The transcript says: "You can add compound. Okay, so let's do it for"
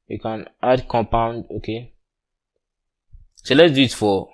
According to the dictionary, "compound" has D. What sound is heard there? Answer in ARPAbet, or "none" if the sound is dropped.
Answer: D